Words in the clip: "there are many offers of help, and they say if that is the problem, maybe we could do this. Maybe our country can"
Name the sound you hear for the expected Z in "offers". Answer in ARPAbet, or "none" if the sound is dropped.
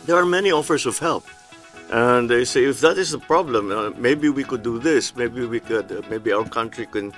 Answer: S